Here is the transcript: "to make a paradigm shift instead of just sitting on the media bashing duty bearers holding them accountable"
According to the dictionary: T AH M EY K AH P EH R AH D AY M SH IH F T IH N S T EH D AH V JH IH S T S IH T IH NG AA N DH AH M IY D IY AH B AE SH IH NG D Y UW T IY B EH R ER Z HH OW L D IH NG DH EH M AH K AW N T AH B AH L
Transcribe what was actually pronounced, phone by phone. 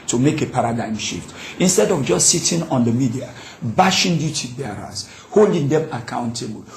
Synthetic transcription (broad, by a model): T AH M EY K AH P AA R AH D AY M SH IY F T IH N S T EH D AH V JH IH S T S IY T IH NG AA N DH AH M IY D IY AH B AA SH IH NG D Y UW T IY B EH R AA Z HH OW L D IH NG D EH M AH K AW N T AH B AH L